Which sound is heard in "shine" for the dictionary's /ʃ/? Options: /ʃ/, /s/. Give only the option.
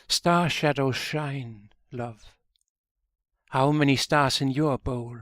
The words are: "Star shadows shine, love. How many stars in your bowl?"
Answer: /ʃ/